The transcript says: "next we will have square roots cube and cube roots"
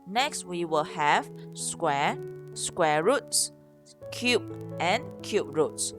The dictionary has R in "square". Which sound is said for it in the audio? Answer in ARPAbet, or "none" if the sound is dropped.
W